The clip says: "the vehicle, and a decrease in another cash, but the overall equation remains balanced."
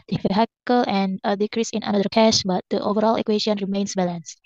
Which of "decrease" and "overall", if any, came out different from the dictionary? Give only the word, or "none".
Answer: none